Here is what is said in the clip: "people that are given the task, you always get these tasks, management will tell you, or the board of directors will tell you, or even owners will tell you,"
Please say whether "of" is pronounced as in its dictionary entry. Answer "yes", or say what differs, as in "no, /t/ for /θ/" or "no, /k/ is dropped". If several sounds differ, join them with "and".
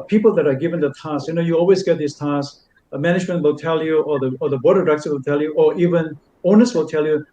no, /b/ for /v/